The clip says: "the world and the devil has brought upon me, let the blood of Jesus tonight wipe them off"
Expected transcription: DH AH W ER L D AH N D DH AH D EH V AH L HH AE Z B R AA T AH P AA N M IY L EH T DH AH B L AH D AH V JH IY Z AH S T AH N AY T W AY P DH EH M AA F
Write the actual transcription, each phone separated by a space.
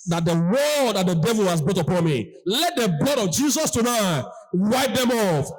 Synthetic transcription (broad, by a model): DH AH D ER W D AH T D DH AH D EH V AH L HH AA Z B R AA T AH P AA N M IY L EH T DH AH B L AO D AH V JH IY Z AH S T AH N AY T W AY P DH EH M AA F